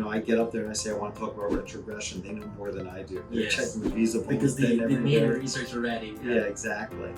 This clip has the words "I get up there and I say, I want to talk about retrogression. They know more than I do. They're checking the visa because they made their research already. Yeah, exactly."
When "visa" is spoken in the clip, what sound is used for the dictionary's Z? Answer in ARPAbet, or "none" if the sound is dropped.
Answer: Z